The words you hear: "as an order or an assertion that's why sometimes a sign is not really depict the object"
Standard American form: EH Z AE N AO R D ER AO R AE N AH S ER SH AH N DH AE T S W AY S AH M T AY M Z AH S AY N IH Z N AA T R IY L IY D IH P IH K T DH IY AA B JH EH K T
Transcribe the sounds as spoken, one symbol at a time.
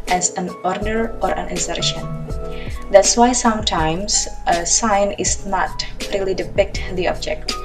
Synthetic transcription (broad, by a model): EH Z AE N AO R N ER AO R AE N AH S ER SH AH N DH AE T S W AY S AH M T AY M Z AH S AY N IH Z N AA T R IY L IY D IH P IH K T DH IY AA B JH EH K T